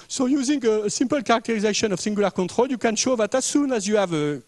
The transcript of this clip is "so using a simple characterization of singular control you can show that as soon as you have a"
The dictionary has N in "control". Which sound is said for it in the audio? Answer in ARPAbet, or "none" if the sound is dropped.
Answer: none